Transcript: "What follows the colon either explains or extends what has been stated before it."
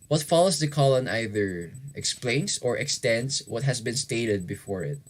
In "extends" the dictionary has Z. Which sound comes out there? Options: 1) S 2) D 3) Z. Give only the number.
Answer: 1